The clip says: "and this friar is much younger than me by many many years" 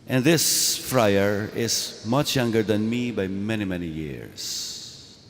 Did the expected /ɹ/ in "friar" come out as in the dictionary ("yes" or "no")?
yes